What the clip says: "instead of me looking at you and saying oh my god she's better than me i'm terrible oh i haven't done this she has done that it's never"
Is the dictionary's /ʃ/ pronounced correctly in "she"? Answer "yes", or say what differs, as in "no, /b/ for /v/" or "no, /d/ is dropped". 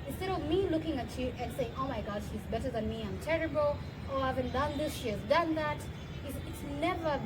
yes